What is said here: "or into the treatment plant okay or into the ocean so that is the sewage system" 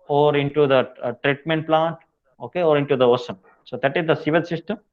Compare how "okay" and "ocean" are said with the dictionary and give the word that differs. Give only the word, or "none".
ocean